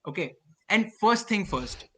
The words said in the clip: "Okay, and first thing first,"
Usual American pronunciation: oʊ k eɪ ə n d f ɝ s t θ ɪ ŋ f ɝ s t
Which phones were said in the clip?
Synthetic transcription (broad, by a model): oʊ k eɪ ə n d f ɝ s t t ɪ ŋ f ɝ s t